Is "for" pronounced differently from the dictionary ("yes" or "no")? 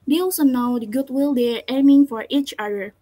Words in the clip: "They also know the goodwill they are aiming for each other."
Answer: no